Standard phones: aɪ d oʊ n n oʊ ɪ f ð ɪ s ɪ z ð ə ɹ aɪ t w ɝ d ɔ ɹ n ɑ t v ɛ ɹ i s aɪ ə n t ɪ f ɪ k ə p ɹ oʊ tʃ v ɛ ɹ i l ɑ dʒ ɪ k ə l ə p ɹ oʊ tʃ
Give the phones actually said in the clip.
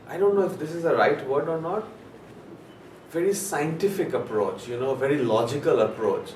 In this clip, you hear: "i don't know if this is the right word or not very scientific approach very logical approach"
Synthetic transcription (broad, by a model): aɪ d oʊ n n oʊ ɪ f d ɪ s ɪ z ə ɹ aɪ t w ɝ d ɔ ɹ n ɑ t v ɛ ɹ i s aɪ ə n t ɪ f ɪ k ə p ɹ oʊ tʃ v ɛ ɹ i l ɑ dʒ ɪ k ə l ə p ɹ oʊ tʃ